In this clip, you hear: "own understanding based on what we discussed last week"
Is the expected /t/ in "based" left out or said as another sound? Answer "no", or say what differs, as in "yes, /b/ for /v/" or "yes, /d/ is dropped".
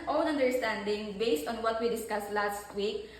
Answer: no